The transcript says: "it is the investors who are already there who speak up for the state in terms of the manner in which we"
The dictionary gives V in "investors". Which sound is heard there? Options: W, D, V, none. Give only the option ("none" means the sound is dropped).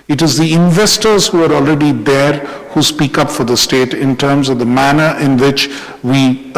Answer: V